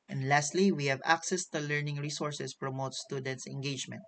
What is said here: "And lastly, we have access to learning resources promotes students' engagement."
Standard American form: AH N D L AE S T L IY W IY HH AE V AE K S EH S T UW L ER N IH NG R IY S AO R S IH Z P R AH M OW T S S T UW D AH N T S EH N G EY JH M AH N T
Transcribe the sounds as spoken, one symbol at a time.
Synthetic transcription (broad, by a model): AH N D L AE S T L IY W IY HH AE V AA K S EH S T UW L ER N IH NG R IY S AO R S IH S P R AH M OW T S S T UW D AH N T S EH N G EY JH M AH N T